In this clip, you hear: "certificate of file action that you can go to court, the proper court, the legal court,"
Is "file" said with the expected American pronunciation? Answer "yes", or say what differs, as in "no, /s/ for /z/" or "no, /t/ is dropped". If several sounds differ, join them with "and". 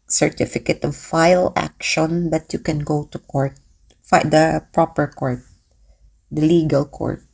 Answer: yes